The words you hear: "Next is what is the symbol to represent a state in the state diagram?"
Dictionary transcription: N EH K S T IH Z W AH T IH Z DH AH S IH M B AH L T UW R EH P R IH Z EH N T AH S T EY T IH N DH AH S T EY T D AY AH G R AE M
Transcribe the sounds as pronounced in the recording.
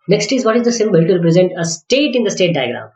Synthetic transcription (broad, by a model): N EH K S T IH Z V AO T IH Z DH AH S IH M B AH L T UW R EH P R IH Z EH N T AH S T EY T IH N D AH S T EY T D AY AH G R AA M